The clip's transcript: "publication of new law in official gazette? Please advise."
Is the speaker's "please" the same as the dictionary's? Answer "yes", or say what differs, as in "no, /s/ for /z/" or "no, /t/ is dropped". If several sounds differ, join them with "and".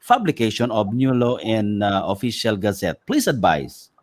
no, /s/ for /z/